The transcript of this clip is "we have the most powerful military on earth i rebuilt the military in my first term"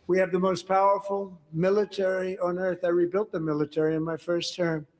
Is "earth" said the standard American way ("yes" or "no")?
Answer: yes